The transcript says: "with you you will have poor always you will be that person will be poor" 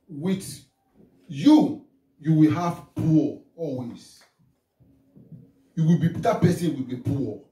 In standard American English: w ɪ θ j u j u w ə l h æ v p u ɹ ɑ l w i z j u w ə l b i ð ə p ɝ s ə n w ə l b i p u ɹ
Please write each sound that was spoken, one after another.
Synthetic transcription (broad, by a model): w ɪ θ j u j u w ə l h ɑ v p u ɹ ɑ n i s j u w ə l b i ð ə p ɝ s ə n w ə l b i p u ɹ